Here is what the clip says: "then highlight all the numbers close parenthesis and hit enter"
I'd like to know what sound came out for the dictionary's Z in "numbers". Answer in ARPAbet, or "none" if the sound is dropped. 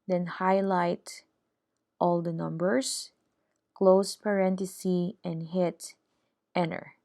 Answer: S